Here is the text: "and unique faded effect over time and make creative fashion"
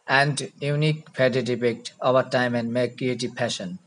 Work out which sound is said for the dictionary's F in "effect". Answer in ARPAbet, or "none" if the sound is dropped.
P